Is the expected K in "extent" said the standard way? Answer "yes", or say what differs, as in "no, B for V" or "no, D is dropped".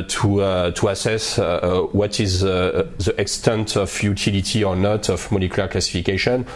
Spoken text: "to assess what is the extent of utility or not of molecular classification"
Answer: yes